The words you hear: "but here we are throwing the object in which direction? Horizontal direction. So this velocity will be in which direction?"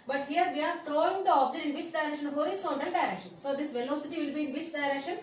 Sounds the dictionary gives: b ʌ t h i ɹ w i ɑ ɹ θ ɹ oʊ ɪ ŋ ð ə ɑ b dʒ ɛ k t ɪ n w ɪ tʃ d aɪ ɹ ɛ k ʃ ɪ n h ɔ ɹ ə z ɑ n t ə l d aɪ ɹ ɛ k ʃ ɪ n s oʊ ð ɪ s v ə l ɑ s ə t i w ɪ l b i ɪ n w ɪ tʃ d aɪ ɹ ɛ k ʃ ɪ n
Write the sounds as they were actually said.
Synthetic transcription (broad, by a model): b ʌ t h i ɹ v i ɑ ɹ t ɹ oʊ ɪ ŋ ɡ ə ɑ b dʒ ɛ t ɪ n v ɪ tʃ d aɪ ɹ ɛ k ʃ ɪ n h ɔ ə s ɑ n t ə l d aɪ ɹ ɛ k ʃ ɪ n s oʊ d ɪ s v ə l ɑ s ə t i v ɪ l b i ɪ n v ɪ tʃ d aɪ ɹ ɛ k ʃ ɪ n